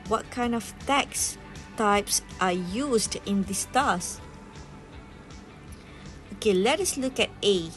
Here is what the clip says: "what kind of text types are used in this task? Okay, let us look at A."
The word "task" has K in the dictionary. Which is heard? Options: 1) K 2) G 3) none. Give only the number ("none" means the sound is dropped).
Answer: 3